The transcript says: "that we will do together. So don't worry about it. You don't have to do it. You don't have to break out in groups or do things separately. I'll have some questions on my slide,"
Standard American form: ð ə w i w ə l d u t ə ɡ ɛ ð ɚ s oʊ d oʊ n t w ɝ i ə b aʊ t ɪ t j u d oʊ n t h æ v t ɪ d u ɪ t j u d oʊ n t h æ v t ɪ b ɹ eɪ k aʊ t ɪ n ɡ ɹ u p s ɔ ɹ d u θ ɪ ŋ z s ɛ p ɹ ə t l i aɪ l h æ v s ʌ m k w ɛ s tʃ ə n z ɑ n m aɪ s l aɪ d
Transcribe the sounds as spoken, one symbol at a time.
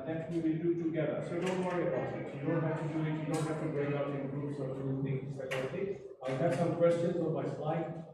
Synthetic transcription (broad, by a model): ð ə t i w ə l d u t ə ɡ ɛ ð ɚ s oʊ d oʊ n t w ɝ i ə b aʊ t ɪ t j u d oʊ n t h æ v t ɪ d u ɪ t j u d oʊ n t h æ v t ɪ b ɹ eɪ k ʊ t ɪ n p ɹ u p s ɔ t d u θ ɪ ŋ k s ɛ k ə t i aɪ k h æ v s ʌ m k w ɛ s tʃ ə n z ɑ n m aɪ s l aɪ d